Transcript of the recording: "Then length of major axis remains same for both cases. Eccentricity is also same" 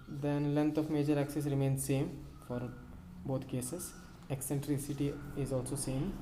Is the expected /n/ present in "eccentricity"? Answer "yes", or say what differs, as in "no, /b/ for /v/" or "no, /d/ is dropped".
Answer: yes